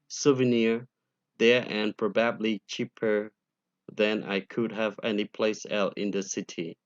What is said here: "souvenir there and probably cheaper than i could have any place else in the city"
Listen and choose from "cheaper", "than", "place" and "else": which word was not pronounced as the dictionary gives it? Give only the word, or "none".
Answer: else